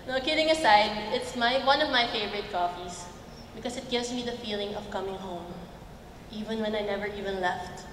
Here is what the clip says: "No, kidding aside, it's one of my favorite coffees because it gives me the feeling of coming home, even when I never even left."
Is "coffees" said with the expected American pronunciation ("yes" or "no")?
no